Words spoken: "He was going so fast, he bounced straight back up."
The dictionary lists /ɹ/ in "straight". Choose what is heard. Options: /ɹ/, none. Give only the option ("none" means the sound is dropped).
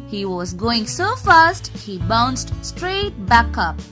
/ɹ/